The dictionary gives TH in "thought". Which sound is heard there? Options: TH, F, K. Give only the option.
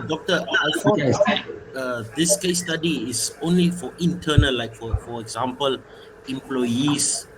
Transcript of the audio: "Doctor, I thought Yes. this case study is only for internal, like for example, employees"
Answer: F